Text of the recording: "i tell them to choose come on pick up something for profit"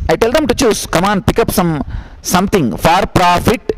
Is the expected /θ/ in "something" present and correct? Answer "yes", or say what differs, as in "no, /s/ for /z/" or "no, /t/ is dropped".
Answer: no, /t/ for /θ/